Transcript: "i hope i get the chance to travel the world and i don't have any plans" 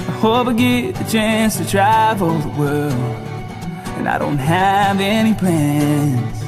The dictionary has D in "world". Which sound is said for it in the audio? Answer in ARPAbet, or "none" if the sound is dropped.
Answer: none